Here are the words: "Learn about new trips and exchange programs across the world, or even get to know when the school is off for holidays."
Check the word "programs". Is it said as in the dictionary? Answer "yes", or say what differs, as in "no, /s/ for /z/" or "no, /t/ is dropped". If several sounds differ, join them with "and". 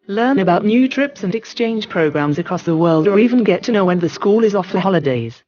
yes